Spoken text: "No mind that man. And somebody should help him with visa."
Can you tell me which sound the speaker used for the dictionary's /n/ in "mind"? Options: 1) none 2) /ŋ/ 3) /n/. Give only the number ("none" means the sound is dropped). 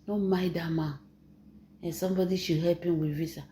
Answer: 1